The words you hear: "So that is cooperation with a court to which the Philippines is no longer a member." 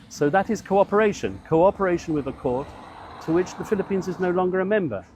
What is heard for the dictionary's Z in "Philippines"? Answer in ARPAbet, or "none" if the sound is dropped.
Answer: Z